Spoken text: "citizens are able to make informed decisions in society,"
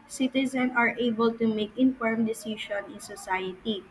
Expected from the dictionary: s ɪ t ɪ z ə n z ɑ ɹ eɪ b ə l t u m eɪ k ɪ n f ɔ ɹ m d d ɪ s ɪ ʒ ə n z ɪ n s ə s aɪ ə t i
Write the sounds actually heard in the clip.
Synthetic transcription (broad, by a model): s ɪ t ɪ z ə n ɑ ɹ eɪ b ə l t u m eɪ k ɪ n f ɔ ɹ m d d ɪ s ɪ ʃ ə n ɪ n s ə s aɪ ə t i